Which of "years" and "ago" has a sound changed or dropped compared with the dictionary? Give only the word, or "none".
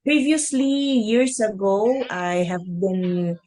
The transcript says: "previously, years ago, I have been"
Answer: years